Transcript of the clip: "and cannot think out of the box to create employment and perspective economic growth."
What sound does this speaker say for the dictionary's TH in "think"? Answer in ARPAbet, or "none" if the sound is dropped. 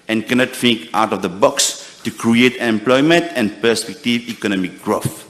F